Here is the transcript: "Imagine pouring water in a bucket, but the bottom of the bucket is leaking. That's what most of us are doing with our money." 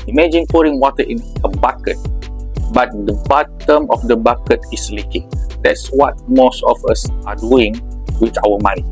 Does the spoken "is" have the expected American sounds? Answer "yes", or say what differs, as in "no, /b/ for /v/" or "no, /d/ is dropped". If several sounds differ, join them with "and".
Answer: no, /s/ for /z/